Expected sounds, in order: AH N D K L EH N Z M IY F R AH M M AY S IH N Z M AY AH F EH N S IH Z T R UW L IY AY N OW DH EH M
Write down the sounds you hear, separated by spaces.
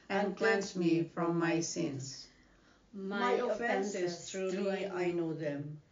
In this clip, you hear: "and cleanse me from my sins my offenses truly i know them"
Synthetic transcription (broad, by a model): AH N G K L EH N S M IY F R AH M M AY S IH N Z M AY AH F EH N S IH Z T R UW IY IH N OW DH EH M